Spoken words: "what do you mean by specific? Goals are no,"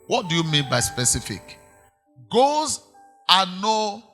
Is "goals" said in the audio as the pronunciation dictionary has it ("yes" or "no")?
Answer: no